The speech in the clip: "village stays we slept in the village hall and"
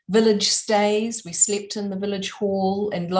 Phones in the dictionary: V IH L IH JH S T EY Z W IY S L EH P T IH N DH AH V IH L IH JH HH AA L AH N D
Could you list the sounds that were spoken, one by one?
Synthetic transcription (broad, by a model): V IH L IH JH S T EY Z W IY S L EH P T IH N DH AH V IH L IH JH HH AA L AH N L